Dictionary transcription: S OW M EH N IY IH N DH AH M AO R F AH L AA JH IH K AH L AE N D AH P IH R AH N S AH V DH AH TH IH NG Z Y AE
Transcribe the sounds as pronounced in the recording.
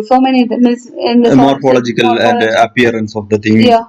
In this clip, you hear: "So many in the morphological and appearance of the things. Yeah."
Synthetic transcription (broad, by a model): S OW M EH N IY IH N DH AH M AO R F AH L AA JH IH K AH L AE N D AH P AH R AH N S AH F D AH T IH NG Y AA